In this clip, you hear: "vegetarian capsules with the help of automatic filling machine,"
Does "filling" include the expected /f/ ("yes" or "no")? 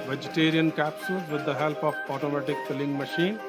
no